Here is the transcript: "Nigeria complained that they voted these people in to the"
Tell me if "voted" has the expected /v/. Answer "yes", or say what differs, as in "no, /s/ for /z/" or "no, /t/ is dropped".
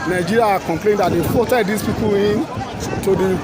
no, /f/ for /v/